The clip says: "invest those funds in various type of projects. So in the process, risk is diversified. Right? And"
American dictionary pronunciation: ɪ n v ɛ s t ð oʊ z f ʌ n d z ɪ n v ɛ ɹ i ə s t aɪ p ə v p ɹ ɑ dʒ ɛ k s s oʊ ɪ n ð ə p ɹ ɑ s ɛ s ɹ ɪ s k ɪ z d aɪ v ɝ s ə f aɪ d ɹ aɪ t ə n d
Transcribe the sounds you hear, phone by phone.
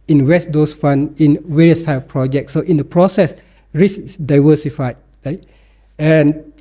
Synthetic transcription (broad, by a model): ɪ n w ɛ s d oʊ s f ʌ n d ɪ n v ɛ ɹ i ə s t aɪ p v p ɹ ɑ dʒ ɛ k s s oʊ ɪ n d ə p ɹ ɑ s ɛ s ɹ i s ɪ s d aɪ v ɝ s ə f aɪ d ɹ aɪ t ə n